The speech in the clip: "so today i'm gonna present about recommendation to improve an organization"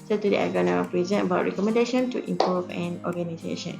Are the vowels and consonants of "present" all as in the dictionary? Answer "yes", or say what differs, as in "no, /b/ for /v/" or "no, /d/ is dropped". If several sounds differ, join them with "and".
no, /t/ is dropped